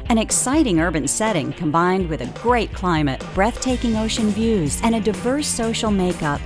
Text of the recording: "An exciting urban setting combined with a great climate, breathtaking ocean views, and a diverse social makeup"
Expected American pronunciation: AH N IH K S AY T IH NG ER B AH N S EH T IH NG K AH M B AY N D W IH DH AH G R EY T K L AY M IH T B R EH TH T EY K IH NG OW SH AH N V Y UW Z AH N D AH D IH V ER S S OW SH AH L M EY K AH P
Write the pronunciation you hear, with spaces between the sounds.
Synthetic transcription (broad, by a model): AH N IH K S AY T IH NG ER B AH N S EH T IH NG K AH M B AY N D W IH DH AH G R EY T K L AY M IH T B R EH TH T EY K IH NG OW SH AH N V Y UW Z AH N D AH D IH V ER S S OW SH L M EY K AH P